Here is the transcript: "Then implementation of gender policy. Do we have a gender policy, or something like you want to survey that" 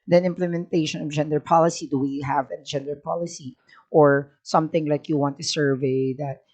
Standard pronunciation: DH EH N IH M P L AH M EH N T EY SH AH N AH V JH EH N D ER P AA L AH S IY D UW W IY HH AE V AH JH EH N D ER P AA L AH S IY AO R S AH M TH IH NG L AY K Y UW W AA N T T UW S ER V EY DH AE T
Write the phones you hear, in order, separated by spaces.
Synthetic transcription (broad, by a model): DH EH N IH M P L AH M EH N T EY SH AH N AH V JH EH N D ER P AA L AH S IY D UW W IY HH AE V AH JH EH N D ER P AA L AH S IY AO R S AH M TH IH NG L AY K Y UW W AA N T T UW S ER V EY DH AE T